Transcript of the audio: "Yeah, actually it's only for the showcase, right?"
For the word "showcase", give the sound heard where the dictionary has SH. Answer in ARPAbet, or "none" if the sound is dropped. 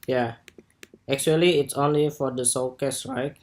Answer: S